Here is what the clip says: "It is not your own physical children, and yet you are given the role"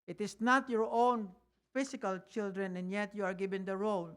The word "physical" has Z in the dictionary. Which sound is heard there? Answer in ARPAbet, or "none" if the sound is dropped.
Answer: S